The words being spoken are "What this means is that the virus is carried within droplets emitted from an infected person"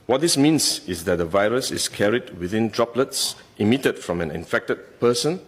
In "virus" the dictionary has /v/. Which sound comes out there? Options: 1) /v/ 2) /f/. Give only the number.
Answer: 1